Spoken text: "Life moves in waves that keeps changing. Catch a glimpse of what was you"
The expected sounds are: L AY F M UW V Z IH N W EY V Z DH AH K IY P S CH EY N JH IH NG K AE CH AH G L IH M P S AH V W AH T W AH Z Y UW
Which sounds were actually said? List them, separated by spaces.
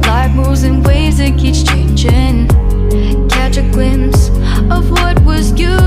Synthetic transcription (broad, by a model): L AY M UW Z IH N W EY Z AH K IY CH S CH EY N JH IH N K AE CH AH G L IH M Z AH V W AH T W AH Z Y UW